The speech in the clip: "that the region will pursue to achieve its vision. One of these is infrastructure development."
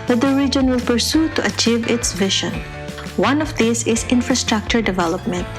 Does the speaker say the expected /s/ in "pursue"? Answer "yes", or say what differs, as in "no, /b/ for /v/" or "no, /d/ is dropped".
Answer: yes